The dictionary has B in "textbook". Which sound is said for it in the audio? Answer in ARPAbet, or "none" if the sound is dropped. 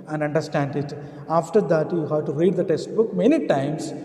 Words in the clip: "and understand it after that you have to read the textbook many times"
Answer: B